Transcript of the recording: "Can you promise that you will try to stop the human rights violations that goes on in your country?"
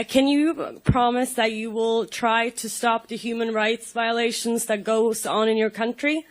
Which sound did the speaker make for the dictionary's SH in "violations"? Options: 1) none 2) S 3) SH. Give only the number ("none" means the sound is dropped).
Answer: 3